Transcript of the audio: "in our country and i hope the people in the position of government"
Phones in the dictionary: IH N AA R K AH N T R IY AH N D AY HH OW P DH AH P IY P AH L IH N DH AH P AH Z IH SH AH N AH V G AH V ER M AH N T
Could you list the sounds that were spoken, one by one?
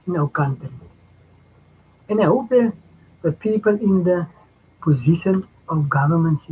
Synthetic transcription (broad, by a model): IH N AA W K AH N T IY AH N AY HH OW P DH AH P IY P AH L IH N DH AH P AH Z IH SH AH N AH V G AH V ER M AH N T